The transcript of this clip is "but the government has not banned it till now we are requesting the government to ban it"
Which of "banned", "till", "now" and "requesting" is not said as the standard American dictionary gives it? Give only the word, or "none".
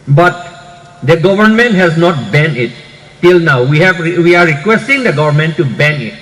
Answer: banned